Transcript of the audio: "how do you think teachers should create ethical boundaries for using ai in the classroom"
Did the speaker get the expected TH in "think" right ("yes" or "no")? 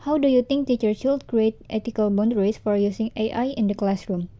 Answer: no